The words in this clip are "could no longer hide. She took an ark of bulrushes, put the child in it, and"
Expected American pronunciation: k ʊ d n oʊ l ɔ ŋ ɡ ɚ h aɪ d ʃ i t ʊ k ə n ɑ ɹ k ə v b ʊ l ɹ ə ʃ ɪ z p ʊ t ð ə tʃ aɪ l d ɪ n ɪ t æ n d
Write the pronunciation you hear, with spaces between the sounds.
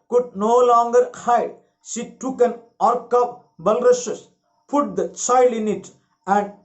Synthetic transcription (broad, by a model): k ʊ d n oʊ l ɔ ŋ ɡ ɚ h aɪ d ʃ i t ʊ k ə n ɑ ɹ k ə p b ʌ l ɹ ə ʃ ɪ s p ʊ t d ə tʃ aɪ l d ɪ n ɪ t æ n d